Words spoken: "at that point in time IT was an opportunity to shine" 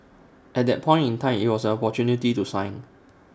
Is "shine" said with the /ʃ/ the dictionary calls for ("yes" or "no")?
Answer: no